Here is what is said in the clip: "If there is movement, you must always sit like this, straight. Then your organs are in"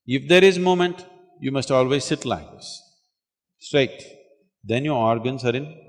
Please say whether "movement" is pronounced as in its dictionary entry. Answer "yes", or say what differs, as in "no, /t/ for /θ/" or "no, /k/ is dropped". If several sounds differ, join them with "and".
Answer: no, /v/ is dropped